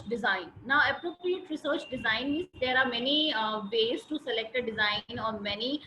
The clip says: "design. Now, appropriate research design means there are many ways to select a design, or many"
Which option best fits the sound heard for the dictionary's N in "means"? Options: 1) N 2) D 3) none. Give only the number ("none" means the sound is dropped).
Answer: 3